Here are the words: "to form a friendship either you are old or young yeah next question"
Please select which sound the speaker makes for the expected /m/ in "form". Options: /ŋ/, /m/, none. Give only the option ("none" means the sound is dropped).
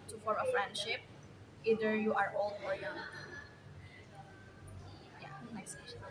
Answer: none